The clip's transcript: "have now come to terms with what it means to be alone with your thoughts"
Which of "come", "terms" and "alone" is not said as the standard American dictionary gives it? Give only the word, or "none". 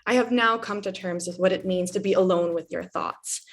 none